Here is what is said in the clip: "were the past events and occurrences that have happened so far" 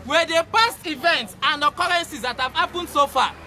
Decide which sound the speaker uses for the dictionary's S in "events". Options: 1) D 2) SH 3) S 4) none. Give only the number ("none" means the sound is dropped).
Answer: 3